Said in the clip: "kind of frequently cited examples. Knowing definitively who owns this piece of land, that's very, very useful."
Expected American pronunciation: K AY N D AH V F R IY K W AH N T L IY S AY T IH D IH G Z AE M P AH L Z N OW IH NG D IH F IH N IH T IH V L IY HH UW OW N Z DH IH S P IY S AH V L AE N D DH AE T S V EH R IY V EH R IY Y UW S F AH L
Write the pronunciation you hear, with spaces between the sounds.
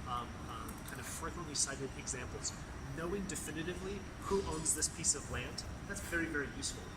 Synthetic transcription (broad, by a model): K AY N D AH V F AO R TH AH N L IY S AY T IH D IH G Z AE M P L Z N OW IH NG D IH F IH N IH T IH V L IY HH UW OW N Z DH IH S P IY S AH V L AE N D DH AE T S V EH R IY V EH R IY Y UW S F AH L